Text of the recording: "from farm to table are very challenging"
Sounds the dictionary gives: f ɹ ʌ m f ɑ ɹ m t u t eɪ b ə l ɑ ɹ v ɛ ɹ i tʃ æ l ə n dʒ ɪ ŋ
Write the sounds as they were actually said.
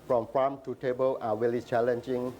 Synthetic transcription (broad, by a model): f ɹ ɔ m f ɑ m t u t eɪ b ə l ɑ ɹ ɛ l i tʃ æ l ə n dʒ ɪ ŋ